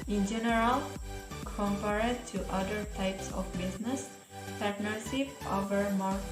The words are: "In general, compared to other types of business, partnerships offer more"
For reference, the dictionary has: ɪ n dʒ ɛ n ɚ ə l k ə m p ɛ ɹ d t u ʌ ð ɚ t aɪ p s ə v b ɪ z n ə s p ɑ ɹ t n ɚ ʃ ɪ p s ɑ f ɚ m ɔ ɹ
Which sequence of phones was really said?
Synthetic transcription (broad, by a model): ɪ n dʒ ɛ n ɚ ə l k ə m p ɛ ɹ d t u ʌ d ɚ t aɪ p s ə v b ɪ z n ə s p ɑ ɹ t n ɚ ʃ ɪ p ɑ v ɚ m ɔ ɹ